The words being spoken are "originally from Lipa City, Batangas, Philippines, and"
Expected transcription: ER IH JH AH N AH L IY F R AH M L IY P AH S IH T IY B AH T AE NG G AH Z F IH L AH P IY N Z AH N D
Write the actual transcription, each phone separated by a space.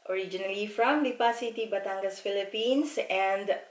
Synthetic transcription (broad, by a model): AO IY JH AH N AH L IY F R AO M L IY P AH S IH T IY B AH T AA NG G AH S F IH L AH P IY N S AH N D